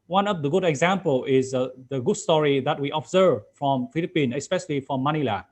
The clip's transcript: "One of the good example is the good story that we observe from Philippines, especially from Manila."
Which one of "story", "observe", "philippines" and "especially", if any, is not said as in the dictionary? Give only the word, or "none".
philippines